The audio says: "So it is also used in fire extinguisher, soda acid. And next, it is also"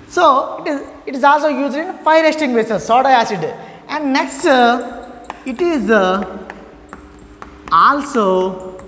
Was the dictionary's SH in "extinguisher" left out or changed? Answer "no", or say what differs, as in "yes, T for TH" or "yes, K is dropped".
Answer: yes, S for SH